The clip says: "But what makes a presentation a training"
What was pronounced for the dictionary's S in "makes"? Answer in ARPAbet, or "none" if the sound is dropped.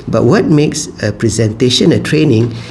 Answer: S